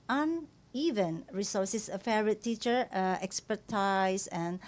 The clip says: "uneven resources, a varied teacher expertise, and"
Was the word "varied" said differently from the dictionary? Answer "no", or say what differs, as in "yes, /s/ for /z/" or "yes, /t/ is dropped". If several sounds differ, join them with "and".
yes, /f/ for /v/